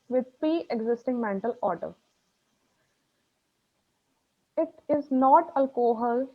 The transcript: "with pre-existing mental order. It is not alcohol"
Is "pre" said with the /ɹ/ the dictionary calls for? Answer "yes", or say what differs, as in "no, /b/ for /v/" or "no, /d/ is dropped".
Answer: no, /ɹ/ is dropped